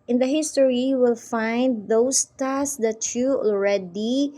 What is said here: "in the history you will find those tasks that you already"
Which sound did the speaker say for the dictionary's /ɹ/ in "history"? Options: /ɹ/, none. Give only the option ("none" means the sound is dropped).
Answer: none